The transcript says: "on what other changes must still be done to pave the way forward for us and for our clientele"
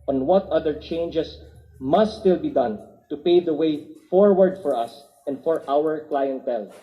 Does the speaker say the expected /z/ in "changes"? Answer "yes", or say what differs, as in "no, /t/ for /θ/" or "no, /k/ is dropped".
no, /s/ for /z/